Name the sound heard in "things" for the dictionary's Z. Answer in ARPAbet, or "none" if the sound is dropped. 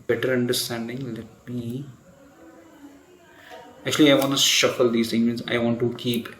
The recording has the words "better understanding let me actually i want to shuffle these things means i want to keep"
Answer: none